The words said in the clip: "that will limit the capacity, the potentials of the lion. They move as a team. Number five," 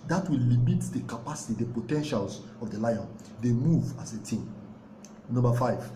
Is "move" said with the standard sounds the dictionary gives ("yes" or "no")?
yes